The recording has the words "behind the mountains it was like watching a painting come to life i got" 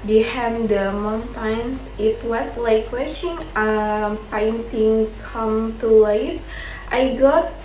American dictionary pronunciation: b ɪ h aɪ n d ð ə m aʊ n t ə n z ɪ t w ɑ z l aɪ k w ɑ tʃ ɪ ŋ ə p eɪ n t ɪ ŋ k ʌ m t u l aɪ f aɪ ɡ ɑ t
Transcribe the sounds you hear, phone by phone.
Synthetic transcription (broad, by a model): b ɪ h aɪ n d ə m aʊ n t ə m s ɪ t w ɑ s l aɪ k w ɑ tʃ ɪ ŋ ə p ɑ n t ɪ ŋ k ʌ m t u l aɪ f aɪ ɡ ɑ t